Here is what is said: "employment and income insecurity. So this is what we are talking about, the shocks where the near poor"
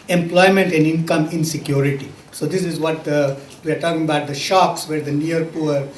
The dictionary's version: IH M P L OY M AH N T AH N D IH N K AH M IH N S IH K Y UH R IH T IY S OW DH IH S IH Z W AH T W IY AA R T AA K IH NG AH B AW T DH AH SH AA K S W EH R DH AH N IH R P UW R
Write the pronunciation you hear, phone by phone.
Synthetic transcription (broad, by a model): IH M P L OY M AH N T AH N D IH N K AH M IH N S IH K Y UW R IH T IY S OW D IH S IH Z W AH T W IY AA R T AA K IH NG AH B AW T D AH SH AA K S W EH R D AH N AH R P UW R